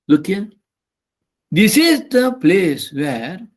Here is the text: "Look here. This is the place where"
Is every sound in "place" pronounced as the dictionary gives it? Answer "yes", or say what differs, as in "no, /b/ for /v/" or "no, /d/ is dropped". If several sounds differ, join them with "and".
yes